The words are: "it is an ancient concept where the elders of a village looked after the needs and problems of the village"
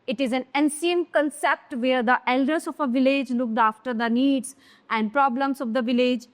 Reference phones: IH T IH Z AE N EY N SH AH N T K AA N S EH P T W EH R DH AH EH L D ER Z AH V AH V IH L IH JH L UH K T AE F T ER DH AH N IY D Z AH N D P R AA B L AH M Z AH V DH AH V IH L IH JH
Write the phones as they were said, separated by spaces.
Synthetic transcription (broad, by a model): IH T IH Z AE N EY N S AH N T K AA N S EH P T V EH R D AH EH L D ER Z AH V AH V IH L IH JH L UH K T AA F T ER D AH N IY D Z AH N D P R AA B L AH M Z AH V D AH V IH L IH JH